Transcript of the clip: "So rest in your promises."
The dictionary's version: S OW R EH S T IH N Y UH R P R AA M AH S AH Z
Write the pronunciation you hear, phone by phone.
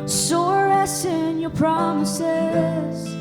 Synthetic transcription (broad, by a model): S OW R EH S IH N Y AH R P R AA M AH S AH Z